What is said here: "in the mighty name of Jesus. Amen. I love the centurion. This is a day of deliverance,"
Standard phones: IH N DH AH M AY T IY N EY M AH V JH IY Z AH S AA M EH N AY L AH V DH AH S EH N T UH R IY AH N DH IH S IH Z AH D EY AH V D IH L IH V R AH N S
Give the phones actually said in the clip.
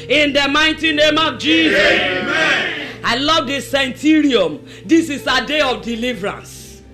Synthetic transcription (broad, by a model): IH N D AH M AY T IY N EY M AH V JH IY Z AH S AA IH L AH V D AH S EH N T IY R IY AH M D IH S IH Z AH D EY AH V D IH L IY V R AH N S